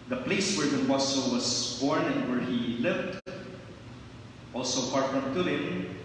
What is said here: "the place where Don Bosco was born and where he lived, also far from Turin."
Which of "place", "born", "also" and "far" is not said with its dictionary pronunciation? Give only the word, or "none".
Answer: far